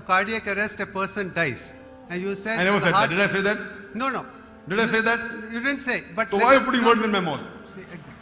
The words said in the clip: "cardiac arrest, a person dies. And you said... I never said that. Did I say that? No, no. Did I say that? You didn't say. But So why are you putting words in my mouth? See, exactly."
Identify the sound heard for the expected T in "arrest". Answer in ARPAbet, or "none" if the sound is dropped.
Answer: T